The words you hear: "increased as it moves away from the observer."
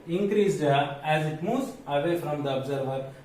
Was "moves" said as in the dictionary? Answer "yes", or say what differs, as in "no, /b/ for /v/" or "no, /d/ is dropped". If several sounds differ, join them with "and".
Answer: no, /v/ is dropped